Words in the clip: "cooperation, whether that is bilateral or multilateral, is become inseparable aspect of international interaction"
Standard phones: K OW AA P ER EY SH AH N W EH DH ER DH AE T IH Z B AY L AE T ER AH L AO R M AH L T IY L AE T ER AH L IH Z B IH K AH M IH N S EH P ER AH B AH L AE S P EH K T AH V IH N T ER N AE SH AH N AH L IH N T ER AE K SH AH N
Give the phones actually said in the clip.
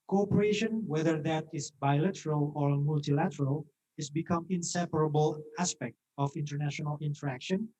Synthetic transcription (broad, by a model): K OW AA P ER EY SH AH N W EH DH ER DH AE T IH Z B AY L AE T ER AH L AO R M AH L T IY L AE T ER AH L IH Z B IH K AH M IH N S EH P ER AH B AH L AE S P EH K T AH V IH N T ER N AE SH AH N AH L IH N T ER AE K SH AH N